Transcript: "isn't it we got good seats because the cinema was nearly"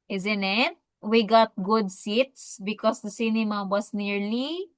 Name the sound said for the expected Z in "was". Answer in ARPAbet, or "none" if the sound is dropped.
S